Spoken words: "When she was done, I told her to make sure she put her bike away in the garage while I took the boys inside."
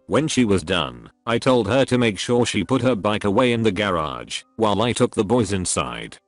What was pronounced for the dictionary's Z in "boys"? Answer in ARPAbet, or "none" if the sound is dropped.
Z